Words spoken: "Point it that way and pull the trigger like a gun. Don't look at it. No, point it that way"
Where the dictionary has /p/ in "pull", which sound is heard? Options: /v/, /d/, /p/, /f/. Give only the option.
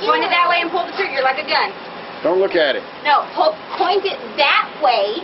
/p/